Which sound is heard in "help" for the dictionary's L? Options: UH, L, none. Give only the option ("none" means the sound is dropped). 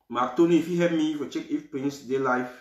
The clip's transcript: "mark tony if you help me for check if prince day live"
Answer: none